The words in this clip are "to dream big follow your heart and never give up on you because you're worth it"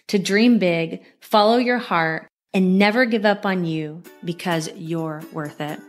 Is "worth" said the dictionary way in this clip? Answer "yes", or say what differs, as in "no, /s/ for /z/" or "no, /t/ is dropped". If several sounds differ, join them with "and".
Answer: yes